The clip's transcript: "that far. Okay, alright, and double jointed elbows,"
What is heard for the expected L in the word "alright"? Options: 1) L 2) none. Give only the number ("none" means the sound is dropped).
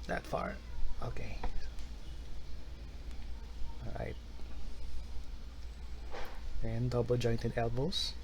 2